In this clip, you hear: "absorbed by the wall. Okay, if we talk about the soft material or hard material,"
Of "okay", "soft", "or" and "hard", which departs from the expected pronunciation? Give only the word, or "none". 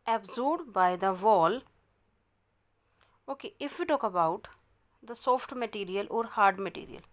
none